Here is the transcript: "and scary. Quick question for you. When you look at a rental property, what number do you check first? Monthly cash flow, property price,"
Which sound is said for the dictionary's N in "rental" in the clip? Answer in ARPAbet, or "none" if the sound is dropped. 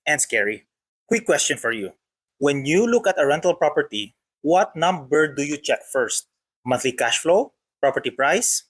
N